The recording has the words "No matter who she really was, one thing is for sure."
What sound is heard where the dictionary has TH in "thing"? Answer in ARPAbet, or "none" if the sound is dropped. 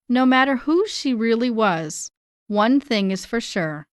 TH